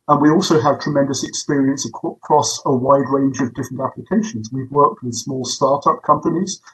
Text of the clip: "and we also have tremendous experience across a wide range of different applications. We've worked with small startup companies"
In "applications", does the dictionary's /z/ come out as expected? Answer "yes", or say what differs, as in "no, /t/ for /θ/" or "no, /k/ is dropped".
yes